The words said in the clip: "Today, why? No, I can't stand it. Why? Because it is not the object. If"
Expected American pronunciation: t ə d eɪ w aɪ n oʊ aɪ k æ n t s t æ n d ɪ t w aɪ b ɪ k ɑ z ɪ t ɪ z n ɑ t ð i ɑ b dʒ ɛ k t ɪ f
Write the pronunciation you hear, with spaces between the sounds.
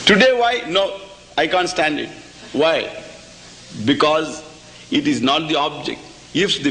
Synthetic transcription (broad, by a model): t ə d eɪ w aɪ n oʊ aɪ k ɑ n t s t æ n d ɪ t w aɪ b ɪ k ɑ z ɪ t ɪ z n ɑ t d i ɑ b dʒ ɛ k t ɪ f